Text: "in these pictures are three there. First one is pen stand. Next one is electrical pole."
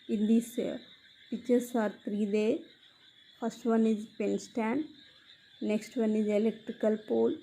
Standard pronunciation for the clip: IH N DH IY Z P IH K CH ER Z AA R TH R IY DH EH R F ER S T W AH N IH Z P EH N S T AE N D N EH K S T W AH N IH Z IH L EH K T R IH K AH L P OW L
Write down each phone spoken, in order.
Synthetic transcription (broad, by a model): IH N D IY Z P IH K CH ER S AA R T R IY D EH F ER S T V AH N IH Z P EH N S T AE N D N EH K S T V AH N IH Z IH L EH K T R IH K AH L P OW L